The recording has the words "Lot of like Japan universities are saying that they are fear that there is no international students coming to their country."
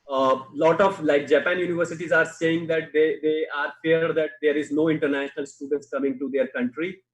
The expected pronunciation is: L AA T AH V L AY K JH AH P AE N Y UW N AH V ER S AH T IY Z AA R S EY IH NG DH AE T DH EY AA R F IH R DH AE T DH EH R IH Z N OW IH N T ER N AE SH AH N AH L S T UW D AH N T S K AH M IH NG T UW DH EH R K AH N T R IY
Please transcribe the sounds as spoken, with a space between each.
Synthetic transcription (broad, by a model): L AA T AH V L AY K JH AH P AE N Y UW N AH V ER S AH T IY Z AA R S EY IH NG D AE T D EY AA R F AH R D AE T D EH R IH Z N OW IH N T ER N AE SH AH N AH L S T UW D AH N T S K AH M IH NG T UW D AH R K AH N T R IY